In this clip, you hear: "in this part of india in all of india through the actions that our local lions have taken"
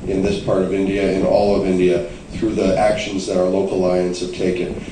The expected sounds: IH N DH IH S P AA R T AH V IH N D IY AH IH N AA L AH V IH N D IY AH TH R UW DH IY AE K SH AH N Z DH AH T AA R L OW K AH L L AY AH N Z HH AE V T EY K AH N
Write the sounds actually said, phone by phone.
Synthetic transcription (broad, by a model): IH N DH IH S P AA R T AH V IH N D IY AH IH N AA L AH V IH N D IY AH TH R UW DH IY AE K SH AH N Z DH AH T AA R L OW AH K L AY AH N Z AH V T EY K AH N